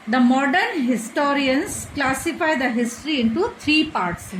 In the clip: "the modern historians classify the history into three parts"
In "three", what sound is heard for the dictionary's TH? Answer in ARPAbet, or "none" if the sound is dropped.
T